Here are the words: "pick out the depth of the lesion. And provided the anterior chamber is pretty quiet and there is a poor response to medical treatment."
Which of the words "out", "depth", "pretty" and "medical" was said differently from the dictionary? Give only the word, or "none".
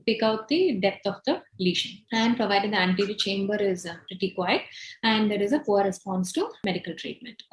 depth